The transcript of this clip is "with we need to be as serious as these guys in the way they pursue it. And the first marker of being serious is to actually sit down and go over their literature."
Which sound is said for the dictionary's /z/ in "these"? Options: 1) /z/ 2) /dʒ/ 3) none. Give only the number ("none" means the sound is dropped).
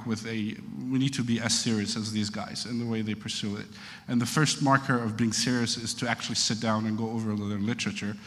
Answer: 1